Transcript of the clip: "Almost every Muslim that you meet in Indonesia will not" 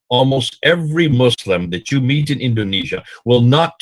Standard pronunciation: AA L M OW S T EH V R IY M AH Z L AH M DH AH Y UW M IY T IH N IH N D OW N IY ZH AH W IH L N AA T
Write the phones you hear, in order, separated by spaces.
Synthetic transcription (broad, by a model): AA L M OW S T EH V R IY M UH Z L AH M DH AH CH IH M IY T IH N IH N D OW N IY ZH AH W IH L N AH T